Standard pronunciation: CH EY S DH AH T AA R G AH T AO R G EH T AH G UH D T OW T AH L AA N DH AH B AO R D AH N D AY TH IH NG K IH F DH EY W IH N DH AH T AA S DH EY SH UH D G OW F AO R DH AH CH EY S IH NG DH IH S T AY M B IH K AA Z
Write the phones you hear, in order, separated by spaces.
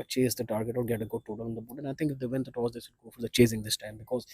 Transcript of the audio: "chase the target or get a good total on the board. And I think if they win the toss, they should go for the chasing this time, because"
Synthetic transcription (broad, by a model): CH EY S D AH T AA R G AH T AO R G EH T AH G UH D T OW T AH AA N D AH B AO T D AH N AY T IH NG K IH F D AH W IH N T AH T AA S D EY S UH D G OW F AO R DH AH CH EY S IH NG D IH S T AY M B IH K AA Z